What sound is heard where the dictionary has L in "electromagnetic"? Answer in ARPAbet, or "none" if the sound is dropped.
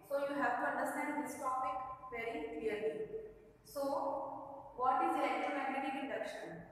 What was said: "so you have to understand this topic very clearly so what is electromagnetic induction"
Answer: none